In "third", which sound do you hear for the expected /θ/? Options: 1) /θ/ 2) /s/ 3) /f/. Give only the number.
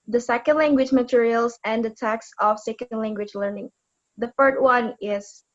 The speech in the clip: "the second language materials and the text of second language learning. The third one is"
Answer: 3